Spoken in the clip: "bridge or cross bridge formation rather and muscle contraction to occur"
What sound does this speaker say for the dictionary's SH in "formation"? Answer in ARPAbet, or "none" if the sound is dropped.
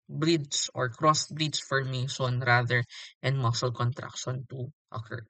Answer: S